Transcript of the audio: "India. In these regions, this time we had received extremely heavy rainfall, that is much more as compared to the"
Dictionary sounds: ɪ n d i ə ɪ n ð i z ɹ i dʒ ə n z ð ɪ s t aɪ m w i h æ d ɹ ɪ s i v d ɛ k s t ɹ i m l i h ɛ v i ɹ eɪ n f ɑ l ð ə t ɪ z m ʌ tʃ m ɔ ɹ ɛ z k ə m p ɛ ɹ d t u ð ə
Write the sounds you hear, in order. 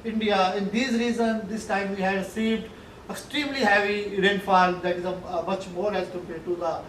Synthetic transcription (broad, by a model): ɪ n d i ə ɪ n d i z ɹ i z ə n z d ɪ s t aɪ m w i h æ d s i d ɛ k s t ɹ i m l i h ɛ v i ɹ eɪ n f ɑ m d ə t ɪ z m ʌ tʃ m ɔ ɹ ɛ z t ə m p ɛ t u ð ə